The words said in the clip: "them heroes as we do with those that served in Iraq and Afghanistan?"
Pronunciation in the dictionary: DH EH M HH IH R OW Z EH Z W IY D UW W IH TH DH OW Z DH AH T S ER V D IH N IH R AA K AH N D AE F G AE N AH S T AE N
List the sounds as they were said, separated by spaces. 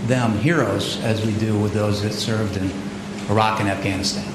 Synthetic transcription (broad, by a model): DH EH M HH IH R OW Z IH Z W IY D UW W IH DH OW Z DH AH T S ER V D IH N IH R AA K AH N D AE F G AE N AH S T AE N